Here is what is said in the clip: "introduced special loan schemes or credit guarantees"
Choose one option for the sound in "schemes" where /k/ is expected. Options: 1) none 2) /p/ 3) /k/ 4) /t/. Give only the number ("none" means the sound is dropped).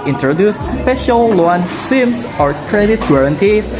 1